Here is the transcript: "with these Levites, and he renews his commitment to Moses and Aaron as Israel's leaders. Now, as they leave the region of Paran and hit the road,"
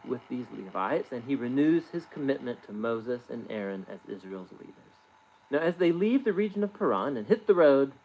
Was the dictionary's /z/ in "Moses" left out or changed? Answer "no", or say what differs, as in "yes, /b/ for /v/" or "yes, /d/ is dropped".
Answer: no